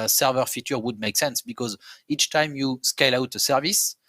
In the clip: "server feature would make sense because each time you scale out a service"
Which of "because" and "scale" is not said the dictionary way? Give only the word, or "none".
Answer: none